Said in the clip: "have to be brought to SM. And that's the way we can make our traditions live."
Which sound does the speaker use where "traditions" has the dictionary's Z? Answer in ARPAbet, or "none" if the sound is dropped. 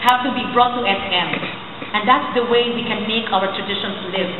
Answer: S